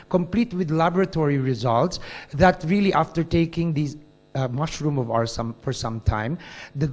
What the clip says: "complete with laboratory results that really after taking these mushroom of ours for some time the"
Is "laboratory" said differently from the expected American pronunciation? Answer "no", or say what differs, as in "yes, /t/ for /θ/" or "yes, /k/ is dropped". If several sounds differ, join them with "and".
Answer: no